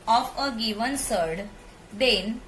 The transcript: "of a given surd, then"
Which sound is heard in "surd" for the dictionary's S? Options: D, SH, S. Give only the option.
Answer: S